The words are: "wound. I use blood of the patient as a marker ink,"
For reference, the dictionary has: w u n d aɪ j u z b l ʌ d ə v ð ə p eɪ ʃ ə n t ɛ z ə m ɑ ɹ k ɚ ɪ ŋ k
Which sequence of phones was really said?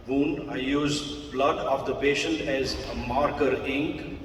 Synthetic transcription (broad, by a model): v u n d aɪ j u z b l ʌ d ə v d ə p eɪ ʃ ə n t ɛ z ə m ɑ ɹ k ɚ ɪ ŋ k